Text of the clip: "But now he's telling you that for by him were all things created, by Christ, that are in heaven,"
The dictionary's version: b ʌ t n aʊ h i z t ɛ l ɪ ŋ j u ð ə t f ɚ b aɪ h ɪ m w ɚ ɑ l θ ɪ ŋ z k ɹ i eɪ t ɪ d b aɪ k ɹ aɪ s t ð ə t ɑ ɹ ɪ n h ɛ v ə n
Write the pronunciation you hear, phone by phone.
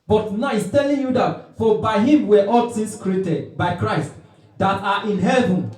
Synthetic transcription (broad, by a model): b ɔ t n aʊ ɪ s t ɛ l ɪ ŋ j u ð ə t f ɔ b aɪ h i m w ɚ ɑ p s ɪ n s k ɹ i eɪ t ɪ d b aɪ k ɹ aɪ s t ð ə t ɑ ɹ ɪ n h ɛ v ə n